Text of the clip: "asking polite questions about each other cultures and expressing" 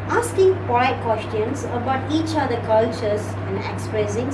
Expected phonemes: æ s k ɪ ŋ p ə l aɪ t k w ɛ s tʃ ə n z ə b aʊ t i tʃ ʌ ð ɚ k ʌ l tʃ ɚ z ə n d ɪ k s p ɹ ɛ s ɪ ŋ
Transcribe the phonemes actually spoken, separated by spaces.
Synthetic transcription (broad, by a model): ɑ s k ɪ ŋ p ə ɪ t k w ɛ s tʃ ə n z ə b aʊ t i tʃ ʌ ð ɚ k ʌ l tʃ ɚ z ə n d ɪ k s p ɹ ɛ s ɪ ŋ